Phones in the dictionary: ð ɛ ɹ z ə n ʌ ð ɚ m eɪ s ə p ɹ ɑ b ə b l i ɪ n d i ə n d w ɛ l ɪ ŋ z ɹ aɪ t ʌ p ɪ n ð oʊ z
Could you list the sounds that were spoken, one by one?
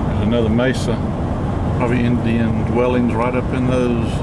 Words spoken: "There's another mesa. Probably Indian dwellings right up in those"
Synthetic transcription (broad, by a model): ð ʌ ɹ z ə n ʌ ð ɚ m eɪ s ə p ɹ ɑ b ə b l i ɪ n d i ə n d w ɛ l ɪ ŋ z ɹ aɪ t ʌ p ɪ n ð oʊ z